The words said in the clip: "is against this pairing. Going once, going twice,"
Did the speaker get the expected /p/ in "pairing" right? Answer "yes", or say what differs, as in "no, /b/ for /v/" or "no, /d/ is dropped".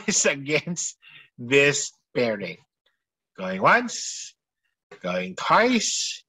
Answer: no, /b/ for /p/